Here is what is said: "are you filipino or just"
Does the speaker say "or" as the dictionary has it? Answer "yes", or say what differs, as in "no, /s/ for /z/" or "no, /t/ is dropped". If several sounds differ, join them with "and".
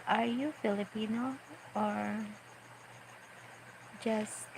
yes